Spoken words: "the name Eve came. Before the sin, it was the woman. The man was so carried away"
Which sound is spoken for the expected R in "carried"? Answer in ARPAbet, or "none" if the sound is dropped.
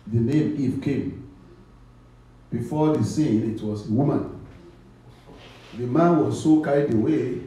none